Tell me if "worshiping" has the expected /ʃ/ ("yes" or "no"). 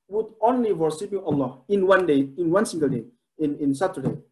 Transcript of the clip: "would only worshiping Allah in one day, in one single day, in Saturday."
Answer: no